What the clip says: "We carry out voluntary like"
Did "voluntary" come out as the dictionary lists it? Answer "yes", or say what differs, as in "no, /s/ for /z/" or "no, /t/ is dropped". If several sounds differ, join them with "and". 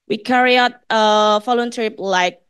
no, /f/ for /v/